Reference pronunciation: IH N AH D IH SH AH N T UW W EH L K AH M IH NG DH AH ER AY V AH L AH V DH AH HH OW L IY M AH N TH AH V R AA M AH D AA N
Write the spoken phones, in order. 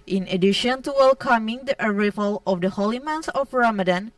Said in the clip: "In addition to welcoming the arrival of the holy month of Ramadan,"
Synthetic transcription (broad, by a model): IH N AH D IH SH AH N T UW W EH L K AH M IH NG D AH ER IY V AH L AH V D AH HH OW L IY M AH N S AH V R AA M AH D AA N